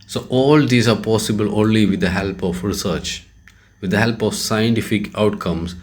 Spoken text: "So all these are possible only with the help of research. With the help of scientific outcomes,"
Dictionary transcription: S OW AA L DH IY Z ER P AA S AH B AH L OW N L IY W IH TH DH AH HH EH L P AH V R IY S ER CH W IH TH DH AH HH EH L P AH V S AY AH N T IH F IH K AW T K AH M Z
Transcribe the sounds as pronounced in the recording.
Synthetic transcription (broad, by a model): S OW AA L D IY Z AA P AA S AH B AH L OW N L IY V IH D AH HH EH L P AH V R IY S ER CH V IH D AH HH EH L P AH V S AY AH N T IH F IH K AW T K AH M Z